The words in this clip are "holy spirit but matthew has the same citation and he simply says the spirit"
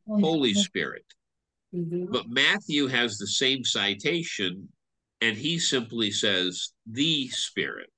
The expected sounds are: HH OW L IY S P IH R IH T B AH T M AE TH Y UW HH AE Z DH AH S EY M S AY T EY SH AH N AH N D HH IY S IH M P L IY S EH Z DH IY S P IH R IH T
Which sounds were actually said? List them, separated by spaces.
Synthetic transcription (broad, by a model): HH OW L IY S P IH R IH T B AH T M AE TH Y UW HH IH Z DH AH S EY M S AY T EY SH AH N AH N IY S IH M P L IY S EH Z DH IY S P IH R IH T